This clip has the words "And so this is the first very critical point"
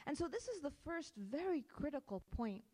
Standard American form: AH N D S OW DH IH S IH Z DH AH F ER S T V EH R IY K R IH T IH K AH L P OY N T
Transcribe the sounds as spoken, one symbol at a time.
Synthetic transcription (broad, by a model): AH N S OW DH IH S IH Z DH AH F ER S T V EH R IY K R IH T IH K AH L P OY N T